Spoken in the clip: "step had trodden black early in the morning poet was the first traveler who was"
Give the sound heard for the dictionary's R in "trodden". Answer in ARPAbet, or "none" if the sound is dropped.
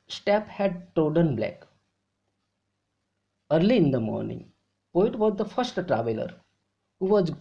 none